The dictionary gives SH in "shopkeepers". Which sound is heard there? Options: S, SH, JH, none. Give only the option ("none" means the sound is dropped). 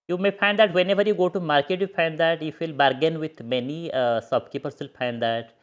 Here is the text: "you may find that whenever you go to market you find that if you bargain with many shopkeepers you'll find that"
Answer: S